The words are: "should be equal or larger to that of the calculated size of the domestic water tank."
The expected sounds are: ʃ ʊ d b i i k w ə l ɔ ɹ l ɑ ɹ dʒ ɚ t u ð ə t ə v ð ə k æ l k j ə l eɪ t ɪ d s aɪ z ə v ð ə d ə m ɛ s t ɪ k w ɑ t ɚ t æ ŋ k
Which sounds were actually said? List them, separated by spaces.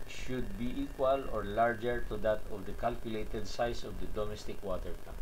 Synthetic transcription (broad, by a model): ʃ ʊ d b i i k w ə l ɔ ɹ l ɑ ɹ dʒ ɚ t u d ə t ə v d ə k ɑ l k j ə l eɪ t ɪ d s aɪ s ə v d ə d ə m ɛ s t ɪ k w ɑ t ɚ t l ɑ